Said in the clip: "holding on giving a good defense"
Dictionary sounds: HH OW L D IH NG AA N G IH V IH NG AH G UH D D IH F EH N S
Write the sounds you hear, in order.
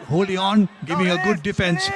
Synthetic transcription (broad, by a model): HH OW L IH AA N G IH V IH NG AH G UH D D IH F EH N S